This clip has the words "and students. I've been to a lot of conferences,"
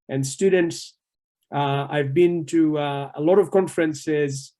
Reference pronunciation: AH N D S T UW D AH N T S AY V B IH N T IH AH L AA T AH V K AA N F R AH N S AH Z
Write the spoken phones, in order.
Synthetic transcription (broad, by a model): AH N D S T UW D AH N T S AY V B IH N T IH AH L AA T AH V K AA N F R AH N S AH Z